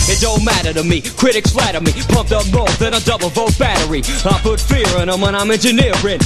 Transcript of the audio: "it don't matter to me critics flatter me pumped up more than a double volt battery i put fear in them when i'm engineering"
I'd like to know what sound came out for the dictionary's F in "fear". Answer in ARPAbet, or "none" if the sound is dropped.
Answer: F